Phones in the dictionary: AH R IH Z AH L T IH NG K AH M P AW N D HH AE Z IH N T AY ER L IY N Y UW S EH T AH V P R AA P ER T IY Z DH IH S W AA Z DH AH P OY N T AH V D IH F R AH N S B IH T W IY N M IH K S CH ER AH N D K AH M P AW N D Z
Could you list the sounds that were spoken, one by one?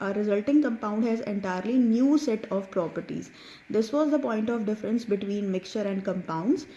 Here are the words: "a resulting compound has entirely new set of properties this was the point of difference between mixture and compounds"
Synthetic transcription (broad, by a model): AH R IH Z AH L T IH NG K AH M P AW N D HH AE Z IH N T AY ER L IY N Y UW S EH T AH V P R AA P ER T IY Z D IH S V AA Z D AH P OY N T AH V D IH F R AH N S B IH T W IY N M IH K S CH ER AH N D K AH M P AW N D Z